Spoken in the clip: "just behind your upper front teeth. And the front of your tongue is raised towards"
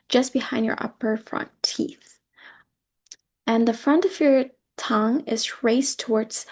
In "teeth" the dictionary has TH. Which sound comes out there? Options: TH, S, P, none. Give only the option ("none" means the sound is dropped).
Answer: TH